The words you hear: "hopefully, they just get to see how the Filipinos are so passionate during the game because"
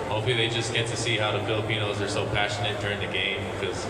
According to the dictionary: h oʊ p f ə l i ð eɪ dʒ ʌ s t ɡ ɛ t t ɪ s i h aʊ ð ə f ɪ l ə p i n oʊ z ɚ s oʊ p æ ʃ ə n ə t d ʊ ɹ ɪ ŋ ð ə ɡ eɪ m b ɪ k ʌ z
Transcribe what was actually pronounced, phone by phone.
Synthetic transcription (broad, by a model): h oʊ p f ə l i ð eɪ dʒ ʌ s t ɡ ɛ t t ɪ s i h aʊ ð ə f ɪ l ə p i n oʊ z ɚ s oʊ p æ ʃ ə n ə t d ʊ ɹ ɪ ŋ ð ə ɡ eɪ m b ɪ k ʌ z